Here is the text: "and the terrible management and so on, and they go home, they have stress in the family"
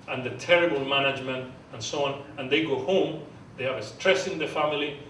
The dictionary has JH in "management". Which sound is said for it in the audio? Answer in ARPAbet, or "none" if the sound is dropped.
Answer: JH